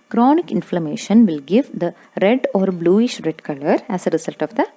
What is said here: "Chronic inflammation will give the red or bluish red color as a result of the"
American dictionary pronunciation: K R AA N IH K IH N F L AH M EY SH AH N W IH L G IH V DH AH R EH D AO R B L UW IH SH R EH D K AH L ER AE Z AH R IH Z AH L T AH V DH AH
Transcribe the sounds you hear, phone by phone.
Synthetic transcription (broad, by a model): K R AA N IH K IH N F L AH M EY SH AH N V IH L G IH V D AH R EH D AO R B L UW IH SH R EH D K AH L ER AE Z AH R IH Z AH L T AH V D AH